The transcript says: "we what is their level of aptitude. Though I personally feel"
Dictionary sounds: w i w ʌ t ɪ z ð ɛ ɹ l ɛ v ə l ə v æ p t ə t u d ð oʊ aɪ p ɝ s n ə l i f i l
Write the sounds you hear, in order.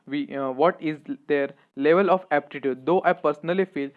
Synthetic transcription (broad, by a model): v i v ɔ t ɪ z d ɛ ɹ l ɛ v ə l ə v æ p t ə t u d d oʊ aɪ p ɝ s n ə l i f i l